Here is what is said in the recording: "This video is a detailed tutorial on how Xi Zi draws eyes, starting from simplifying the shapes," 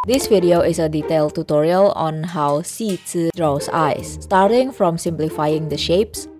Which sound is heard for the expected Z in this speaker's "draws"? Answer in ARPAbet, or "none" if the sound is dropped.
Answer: S